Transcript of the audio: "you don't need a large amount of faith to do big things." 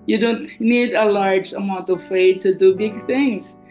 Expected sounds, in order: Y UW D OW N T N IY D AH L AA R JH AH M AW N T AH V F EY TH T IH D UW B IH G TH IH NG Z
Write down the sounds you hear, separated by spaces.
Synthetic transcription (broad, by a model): Y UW D OW N T N IY D AH L AA R JH AH M AW N T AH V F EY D T IH D UW B IH G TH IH NG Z